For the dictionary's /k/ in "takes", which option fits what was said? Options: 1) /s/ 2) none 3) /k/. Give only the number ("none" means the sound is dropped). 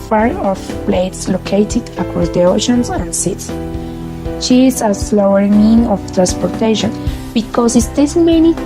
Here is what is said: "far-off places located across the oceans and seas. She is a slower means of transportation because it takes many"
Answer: 2